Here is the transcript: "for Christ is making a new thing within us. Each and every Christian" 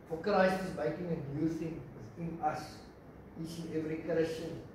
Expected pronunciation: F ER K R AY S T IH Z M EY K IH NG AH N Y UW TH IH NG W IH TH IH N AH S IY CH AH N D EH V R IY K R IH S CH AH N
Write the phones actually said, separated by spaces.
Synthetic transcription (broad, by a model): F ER K L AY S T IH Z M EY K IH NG AH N Y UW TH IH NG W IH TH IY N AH S IY CH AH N EH V R IY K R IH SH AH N